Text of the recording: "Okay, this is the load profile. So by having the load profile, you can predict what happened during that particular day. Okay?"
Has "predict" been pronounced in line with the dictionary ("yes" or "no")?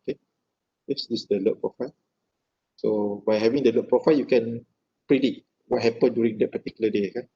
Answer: no